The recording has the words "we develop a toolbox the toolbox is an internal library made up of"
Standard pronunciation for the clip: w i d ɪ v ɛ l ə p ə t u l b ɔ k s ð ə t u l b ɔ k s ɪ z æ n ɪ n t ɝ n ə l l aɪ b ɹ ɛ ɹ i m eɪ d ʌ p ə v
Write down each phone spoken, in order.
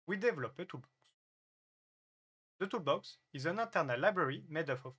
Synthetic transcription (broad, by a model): w i d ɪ v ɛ l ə p ə t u b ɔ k s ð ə t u b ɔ k s ɪ z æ n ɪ t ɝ n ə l l aɪ b ɹ ɛ ɹ i m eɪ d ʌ f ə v